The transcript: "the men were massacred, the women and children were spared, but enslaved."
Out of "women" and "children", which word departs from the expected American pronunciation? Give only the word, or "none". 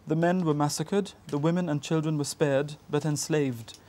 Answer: none